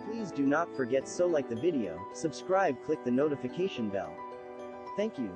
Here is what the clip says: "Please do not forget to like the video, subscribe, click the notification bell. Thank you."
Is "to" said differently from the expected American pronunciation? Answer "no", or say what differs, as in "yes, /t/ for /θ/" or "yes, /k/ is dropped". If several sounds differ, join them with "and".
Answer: yes, /s/ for /t/